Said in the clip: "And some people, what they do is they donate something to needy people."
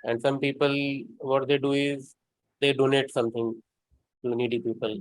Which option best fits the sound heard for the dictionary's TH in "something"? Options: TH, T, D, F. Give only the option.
T